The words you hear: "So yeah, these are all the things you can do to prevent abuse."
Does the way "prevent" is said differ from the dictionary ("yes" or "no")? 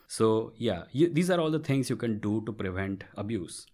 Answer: no